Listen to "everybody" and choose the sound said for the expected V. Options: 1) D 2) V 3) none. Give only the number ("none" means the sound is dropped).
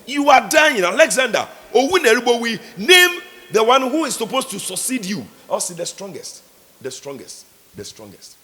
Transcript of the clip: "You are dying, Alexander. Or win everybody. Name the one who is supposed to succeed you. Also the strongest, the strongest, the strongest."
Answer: 3